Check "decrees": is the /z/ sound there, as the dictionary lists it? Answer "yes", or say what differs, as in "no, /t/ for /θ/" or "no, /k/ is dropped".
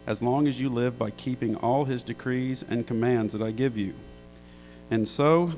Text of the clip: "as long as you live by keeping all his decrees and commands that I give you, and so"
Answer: yes